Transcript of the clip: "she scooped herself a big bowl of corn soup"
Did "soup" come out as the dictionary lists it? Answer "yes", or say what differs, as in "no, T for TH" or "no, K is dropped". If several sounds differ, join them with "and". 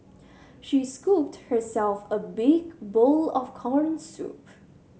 yes